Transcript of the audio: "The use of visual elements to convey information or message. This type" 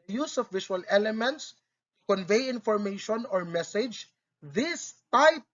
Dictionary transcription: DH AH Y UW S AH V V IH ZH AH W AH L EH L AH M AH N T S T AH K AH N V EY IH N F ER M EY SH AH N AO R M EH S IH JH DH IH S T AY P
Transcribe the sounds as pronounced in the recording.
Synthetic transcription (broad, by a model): Y UW S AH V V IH SH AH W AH L EH L AH M AH N T S T AH K AH N V EY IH N F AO M EY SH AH N AO R M EH S IH JH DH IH S T AY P